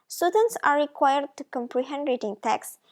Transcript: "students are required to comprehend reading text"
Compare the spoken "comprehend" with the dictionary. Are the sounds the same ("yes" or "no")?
yes